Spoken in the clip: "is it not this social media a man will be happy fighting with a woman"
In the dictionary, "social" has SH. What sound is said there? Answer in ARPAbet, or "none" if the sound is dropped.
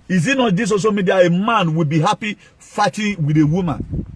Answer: S